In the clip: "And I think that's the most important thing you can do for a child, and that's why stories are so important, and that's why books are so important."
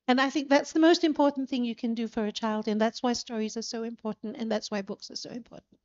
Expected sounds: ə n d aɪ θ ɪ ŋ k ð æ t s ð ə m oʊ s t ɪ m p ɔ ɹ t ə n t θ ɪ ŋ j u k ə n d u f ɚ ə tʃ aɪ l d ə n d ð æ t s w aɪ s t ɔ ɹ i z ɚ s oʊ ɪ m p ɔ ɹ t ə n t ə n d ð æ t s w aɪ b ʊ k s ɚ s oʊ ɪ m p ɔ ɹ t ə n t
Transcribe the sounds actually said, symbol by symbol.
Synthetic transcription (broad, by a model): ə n aɪ θ ɪ ŋ k ð æ t s ð ə m oʊ s t ɪ m p ɔ ɹ t n θ ɪ ŋ j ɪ k ə n d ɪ f ɚ ə tʃ aɪ l d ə n ð æ t s w aɪ s t ɔ ɹ i z ɚ s oʊ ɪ m p ɔ ɹ t n t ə n ð æ t s w aɪ b ʊ k s ɚ s oʊ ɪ m p ɔ ɹ t n t